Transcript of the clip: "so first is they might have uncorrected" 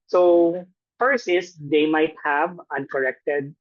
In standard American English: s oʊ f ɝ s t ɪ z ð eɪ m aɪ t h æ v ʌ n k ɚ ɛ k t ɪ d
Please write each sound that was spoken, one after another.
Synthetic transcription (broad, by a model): s oʊ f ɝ s ɪ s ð eɪ m aɪ t h æ v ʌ n k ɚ ɛ k t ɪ d